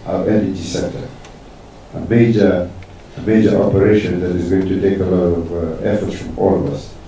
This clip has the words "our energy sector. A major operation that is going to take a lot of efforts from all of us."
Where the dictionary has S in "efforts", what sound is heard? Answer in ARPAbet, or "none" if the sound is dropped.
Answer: S